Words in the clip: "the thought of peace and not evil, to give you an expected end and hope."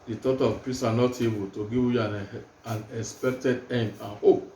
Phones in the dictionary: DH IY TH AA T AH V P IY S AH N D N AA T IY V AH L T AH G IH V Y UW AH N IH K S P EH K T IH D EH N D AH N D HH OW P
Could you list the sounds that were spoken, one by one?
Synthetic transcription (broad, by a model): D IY T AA T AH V P IY S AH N N AA T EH B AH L T AH G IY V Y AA AH N IH K S P EH K T IH D EH N D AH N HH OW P